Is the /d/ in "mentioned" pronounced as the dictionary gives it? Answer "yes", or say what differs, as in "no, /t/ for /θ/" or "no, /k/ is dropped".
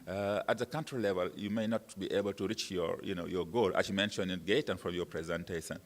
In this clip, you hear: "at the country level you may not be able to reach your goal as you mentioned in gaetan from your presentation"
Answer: no, /d/ is dropped